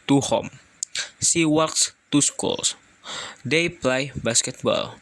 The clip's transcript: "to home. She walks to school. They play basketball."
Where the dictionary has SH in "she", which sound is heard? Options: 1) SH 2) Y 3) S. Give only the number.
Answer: 3